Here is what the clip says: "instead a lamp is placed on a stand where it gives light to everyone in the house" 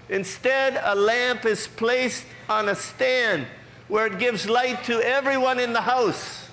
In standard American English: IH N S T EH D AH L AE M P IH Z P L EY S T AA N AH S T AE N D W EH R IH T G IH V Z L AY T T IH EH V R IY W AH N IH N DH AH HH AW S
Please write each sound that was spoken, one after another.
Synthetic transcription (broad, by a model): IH N S T EH D AH L AE M P IH Z P L EY S T N AH S T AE N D W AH R IH T G IH V Z L AY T T IH EH V R IY W AH N IH N DH AH HH AW S